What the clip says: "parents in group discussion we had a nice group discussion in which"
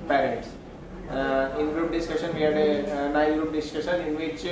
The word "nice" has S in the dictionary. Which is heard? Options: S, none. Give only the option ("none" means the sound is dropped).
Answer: none